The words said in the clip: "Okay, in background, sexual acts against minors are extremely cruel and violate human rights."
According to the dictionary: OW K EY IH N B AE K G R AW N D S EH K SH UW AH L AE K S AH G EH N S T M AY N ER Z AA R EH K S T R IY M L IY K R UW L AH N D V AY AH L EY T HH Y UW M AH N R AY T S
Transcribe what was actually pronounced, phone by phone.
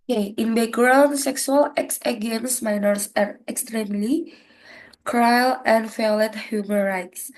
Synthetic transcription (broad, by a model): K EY IH N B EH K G R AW N S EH K S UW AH L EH K S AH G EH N S M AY N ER S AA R EH K S T R IY M L IY K R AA L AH N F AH L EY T HH Y UW M AH N R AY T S